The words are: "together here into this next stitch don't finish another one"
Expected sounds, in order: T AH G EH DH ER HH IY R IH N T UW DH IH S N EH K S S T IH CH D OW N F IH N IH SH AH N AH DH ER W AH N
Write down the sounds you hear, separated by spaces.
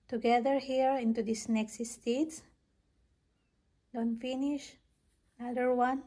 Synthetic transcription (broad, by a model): T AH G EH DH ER HH IY R IH N T UW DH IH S N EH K S S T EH S D OW N F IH N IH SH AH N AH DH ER W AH N